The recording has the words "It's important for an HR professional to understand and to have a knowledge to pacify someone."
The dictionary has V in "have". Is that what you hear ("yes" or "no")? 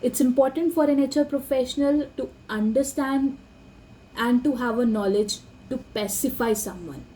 yes